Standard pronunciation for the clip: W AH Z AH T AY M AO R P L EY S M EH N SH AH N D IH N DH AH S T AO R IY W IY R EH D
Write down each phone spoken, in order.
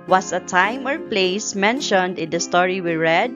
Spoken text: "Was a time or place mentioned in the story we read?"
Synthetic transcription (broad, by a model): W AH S AH T AY M AO R P L EY S M EH N SH AH N D IH N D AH S T AO R IY W IY R EH D